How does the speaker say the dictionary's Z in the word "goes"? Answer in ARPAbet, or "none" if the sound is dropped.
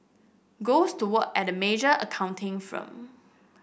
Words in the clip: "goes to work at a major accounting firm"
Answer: S